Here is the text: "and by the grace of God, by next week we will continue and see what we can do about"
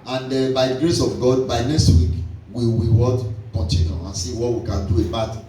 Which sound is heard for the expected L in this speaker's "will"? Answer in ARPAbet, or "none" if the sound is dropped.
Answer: W